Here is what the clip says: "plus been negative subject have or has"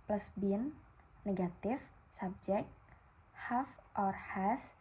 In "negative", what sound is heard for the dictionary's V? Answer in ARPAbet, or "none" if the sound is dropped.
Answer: F